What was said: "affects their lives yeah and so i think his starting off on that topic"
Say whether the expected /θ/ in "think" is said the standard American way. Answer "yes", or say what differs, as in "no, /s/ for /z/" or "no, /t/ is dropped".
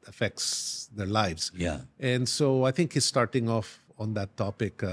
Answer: no, /t/ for /θ/